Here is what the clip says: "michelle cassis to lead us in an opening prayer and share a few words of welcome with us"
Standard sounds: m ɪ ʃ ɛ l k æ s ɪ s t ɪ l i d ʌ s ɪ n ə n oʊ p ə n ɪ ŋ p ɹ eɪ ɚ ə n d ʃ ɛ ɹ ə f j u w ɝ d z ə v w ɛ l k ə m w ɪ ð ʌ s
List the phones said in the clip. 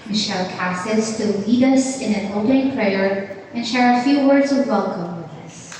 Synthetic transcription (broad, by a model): m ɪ ʃ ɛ l k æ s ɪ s t ɪ l i d ʌ s ɪ n ə n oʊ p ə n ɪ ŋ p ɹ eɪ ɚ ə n ʃ ɛ ɹ ə f j u w ɝ d z ə v w ɛ l k ə m w ɪ ð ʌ s